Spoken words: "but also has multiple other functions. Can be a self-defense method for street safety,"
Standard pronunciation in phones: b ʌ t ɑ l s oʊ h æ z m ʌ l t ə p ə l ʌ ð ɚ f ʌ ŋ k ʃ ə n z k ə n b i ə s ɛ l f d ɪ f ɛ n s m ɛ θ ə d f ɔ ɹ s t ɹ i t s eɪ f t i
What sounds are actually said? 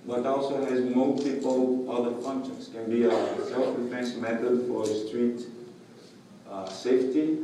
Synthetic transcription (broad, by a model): b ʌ t ɑ l s oʊ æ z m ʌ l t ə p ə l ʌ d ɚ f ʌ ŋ k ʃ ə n s k ə n b i ə s ɛ l f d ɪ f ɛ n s m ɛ t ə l f ɔ ɹ s t ɹ i t s eɪ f t i